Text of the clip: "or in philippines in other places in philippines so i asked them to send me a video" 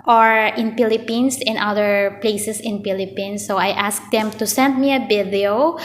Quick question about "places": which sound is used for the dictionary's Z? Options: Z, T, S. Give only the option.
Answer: S